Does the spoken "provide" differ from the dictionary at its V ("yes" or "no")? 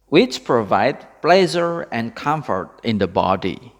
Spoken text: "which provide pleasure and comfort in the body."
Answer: no